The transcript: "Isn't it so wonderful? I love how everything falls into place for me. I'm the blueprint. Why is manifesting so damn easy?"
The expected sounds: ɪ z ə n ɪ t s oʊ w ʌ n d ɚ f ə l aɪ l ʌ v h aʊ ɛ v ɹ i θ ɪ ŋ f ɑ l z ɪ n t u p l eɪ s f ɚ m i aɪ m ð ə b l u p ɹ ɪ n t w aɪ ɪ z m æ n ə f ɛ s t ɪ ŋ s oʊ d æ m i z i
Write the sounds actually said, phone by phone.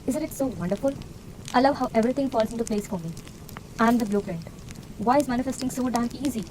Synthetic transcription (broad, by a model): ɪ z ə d ɪ t s oʊ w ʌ n d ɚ f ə l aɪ l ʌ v h aʊ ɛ v ɹ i t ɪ ŋ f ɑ l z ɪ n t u p l eɪ s f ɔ m i aɪ m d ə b l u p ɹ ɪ n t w aɪ ɪ z m æ n ə f ɛ s t ɪ ŋ s oʊ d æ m i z i